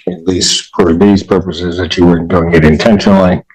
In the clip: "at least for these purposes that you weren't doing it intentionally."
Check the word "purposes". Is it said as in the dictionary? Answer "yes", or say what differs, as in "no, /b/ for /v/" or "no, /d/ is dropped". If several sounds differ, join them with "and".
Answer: yes